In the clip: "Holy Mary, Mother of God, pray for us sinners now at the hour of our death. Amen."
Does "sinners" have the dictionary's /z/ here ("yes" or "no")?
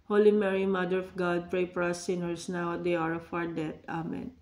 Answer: no